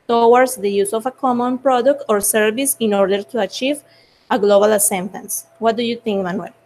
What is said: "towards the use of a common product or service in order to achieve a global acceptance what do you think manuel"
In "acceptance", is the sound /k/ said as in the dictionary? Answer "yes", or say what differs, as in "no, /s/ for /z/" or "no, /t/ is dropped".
no, /k/ is dropped